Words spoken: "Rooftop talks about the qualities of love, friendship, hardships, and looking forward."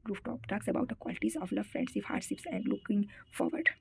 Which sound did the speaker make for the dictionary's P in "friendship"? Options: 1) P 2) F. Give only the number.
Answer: 2